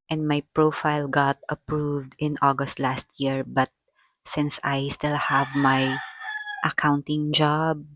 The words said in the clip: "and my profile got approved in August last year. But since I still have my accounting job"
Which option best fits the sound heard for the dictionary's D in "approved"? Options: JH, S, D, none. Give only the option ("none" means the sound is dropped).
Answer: D